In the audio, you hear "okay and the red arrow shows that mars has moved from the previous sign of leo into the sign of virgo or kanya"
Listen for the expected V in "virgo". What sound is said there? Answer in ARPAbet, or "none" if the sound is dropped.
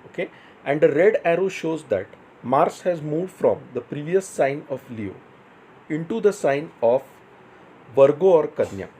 V